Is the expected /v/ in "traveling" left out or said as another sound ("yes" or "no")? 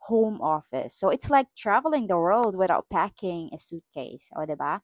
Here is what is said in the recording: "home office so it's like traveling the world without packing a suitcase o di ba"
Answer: no